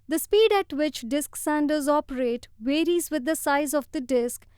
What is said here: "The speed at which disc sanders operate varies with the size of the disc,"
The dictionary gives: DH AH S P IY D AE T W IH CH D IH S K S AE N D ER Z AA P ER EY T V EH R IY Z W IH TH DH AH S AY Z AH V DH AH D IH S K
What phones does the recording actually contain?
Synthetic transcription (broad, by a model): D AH S P IY D AE T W IH CH D IH S K S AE N D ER Z AA P ER EY T V EH R IY Z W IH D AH S AY Z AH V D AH D IH S K